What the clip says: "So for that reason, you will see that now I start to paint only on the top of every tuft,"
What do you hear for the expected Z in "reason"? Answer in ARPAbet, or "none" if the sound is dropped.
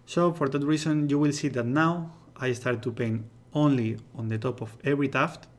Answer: S